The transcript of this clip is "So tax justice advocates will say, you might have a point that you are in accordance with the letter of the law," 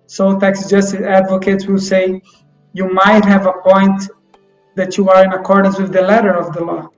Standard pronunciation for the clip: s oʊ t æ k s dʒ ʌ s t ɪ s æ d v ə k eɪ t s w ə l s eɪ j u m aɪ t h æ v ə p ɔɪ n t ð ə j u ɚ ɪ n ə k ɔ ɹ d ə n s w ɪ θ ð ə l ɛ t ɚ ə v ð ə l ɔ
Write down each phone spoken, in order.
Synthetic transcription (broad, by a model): s oʊ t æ k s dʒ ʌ s t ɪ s æ d v ə k eɪ t s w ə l s eɪ j u m aɪ t h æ v ə p ɔɪ n t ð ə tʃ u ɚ ɪ n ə k ɔ ɹ d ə n s w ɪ ð ə l ɛ t ɚ ə v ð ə l ɔ